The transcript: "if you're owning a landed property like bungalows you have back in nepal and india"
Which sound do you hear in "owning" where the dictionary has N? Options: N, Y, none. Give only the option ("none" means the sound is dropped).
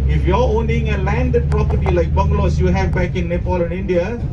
N